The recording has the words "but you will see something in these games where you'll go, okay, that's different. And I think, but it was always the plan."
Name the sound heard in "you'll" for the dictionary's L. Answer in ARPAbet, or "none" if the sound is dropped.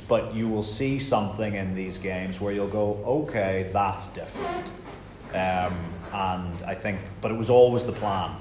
L